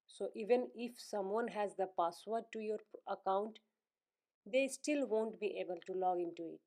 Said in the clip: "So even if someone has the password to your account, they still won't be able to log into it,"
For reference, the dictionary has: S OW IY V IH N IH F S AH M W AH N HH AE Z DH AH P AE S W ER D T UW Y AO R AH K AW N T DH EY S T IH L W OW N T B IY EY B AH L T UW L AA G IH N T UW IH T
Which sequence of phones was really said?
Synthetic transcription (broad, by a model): S OW IY V IH N IH F S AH M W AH N HH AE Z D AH P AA S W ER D T UW Y AO R AH K AW N T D EY S T IH L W OW N T B IY EY B AH L T UW L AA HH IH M T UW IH T